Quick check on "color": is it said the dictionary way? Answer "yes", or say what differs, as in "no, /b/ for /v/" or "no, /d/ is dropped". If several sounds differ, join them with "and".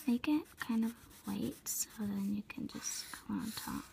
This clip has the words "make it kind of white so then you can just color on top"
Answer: no, /l/ is dropped